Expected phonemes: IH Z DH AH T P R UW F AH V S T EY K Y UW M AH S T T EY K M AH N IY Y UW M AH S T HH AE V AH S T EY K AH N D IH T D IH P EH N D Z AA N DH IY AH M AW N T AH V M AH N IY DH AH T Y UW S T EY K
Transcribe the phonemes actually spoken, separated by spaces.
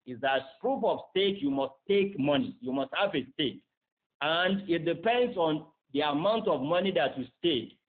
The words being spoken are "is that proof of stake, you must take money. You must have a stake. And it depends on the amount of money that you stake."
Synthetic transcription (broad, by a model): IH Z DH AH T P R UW P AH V S T EY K Y UW M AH S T T EY K M AH N IY Y UW M AH S T HH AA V AH S T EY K AH N D IH T D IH P EH N D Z AA N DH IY AH M AW N T AH V M AH N IY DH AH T Y UW S T EY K